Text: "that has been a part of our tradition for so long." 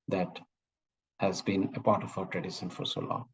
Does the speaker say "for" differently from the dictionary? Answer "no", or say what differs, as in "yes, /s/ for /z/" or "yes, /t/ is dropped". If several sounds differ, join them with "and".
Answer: no